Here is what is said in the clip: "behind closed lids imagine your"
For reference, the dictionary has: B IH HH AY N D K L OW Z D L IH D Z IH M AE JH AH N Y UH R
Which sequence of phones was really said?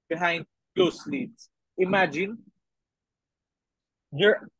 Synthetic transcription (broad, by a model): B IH HH AY N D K OW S L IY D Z IH M AE JH AH N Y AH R